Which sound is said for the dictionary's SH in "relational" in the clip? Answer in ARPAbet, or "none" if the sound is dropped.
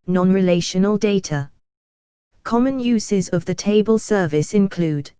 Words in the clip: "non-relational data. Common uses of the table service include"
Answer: SH